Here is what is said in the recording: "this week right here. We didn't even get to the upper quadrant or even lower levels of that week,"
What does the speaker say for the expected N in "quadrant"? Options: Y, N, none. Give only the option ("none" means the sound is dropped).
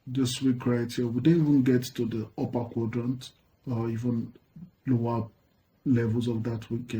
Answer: N